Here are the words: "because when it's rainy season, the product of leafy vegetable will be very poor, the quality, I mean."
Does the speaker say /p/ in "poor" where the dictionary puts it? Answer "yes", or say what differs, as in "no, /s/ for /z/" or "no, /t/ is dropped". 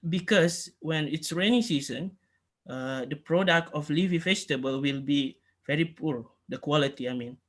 yes